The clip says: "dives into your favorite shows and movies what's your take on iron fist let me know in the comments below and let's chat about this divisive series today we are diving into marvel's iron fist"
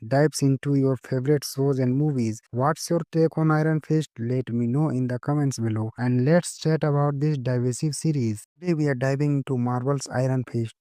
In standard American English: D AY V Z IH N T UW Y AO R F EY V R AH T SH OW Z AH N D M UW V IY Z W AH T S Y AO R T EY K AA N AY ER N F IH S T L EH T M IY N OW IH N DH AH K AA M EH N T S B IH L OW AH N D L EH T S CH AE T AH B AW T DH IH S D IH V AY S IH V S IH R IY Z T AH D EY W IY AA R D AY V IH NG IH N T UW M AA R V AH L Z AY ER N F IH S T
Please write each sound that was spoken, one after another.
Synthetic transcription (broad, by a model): D AY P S IH N T UW Y AO R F EY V R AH T S OW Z AH N D M UW V IY Z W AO T S Y AO R T EY K AA N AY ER N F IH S T L EH T M IY N OW IH N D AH K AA M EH N T S B IH L OW AH N D L EH T S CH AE T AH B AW T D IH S D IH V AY S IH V S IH R IY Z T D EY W IY AA R D AY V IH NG IH N T UW M AA R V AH L S AY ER N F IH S T